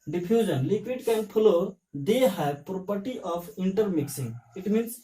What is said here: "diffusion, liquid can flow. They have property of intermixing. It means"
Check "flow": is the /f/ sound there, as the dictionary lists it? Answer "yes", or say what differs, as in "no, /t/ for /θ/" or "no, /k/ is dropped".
no, /p/ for /f/